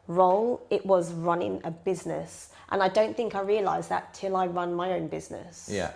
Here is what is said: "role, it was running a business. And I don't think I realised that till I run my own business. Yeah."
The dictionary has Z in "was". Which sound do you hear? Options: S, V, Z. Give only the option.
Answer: Z